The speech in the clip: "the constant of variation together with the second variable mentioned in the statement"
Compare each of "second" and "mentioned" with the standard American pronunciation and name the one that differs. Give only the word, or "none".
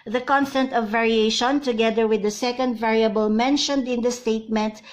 none